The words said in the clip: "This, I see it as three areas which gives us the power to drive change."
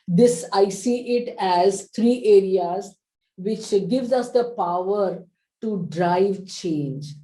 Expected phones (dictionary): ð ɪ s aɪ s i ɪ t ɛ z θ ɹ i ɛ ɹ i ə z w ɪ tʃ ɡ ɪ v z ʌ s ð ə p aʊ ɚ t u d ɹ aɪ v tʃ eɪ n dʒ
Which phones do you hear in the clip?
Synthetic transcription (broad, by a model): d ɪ s aɪ s i ɪ t ɛ z t ɹ i ɛ ɹ i ə z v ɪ tʃ ɡ ɪ v z ʌ s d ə p aʊ ɚ t u d ɹ aɪ v tʃ eɪ n dʒ